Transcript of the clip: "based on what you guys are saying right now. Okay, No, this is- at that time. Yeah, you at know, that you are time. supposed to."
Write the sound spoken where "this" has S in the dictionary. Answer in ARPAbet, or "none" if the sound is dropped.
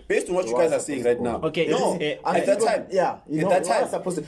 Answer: none